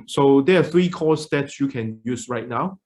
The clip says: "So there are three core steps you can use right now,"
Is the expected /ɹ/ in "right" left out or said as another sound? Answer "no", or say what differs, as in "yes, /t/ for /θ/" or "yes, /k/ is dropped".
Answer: no